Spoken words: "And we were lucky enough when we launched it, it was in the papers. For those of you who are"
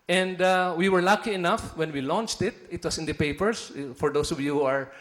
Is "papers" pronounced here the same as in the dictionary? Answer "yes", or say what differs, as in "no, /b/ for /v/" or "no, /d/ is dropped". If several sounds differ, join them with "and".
no, /s/ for /z/